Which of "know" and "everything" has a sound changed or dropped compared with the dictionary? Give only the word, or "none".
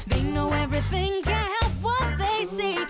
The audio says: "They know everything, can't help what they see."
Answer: none